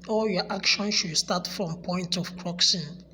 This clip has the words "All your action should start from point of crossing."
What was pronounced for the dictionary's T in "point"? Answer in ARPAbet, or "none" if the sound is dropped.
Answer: T